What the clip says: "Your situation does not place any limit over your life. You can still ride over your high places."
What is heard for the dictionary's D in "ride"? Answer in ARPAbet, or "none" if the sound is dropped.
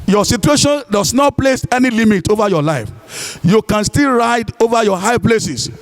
D